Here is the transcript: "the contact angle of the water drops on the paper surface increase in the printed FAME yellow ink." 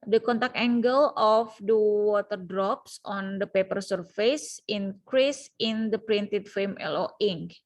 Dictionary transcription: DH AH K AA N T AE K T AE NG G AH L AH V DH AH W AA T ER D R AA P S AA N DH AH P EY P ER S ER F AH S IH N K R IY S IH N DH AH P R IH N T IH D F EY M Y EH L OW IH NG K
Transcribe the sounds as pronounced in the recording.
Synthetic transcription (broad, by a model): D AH K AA N T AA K EH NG G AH L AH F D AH W AA T ER D R AA P S AA N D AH P EY P ER S ER F AH S IH N K R IY S IH N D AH P R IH N T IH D F EY M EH L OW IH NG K